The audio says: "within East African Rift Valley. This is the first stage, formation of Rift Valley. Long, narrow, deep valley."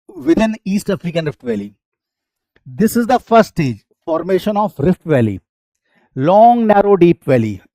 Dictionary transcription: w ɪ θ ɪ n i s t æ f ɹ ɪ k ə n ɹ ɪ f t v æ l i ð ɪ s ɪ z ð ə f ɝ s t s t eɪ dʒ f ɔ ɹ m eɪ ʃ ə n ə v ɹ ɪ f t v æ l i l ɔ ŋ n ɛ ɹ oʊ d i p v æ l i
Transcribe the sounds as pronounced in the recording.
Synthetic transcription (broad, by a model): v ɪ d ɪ n i s t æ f ɹ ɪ k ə n ɹ ɪ f t v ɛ l i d ɪ s ɪ z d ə f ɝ t s t eɪ dʒ f ɔ ɹ m eɪ ʃ ə n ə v ɹ ɪ f t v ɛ l i l ɔ ŋ n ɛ ɹ oʊ d i p v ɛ l i